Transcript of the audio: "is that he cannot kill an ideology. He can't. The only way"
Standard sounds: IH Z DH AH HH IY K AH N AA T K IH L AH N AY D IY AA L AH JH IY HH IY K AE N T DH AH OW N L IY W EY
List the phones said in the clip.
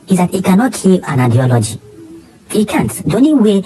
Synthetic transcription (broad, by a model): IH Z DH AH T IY K AH N AA T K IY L AH N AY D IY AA L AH JH IY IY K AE N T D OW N IY W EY